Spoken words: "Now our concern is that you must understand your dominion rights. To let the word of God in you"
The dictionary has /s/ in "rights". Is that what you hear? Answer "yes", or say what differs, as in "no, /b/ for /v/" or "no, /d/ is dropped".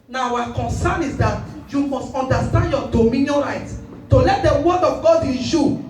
no, /s/ is dropped